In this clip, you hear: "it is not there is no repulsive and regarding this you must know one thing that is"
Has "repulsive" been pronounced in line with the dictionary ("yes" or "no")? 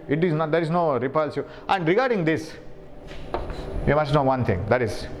no